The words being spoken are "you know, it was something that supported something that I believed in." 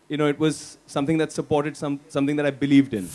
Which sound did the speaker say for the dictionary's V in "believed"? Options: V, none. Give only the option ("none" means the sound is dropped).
V